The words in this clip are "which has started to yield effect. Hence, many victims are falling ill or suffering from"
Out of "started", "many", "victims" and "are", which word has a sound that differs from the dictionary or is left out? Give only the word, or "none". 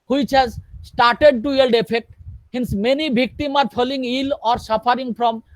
victims